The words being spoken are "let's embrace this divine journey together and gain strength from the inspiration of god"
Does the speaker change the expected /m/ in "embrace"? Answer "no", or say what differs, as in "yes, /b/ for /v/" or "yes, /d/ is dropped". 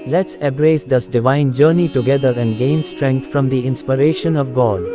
yes, /m/ is dropped